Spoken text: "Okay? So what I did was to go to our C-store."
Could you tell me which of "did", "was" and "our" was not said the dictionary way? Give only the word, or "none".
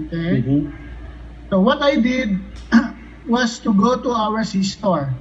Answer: was